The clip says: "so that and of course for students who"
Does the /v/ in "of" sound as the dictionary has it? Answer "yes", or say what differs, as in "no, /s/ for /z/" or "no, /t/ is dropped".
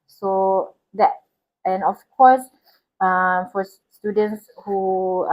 no, /f/ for /v/